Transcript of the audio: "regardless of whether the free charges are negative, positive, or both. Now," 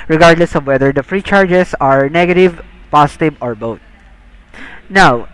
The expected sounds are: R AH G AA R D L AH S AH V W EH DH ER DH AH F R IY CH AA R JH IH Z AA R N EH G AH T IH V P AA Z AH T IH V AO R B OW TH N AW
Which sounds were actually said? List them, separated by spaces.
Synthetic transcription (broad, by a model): R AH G AA R D L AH S AH V W EH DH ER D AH F R IY CH AA R JH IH S AA R N EH G AH T IH V P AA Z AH T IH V AO R B OW T N AW